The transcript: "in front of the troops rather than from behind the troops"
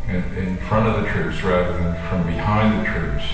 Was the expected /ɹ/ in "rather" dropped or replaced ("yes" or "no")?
no